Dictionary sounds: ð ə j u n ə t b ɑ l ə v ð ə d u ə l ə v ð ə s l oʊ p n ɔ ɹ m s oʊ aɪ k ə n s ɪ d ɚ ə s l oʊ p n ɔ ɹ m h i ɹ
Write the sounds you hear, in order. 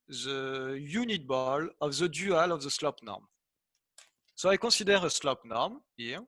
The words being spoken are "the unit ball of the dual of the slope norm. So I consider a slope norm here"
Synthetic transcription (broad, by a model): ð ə j u n ə t b ɑ l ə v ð ə d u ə l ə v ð ə s l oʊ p n ɔ ɹ m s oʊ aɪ k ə s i d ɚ ə s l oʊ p n ɔ ɹ m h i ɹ